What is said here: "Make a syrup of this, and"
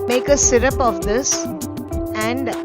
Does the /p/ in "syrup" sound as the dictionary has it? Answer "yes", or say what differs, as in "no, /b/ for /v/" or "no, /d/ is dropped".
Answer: yes